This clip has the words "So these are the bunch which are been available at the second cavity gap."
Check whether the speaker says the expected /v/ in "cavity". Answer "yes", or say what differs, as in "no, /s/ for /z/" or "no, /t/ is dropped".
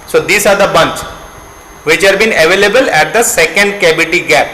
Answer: no, /b/ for /v/